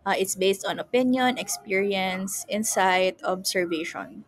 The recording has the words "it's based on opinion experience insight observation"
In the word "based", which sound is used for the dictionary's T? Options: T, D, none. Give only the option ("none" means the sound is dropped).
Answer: T